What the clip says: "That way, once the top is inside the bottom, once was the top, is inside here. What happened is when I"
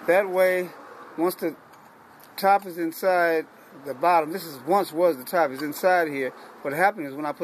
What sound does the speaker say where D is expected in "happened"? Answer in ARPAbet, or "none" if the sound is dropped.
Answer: none